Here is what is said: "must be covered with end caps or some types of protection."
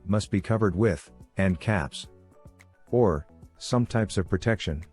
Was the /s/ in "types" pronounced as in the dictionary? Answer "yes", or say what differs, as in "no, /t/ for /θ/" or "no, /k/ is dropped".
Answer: yes